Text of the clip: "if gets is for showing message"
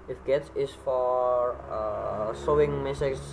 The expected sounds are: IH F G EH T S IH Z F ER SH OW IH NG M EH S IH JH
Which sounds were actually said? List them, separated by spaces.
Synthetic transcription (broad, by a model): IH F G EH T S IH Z F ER S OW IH NG M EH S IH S